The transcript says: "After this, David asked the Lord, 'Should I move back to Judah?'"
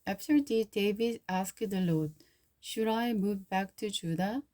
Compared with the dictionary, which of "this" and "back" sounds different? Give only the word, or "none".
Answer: this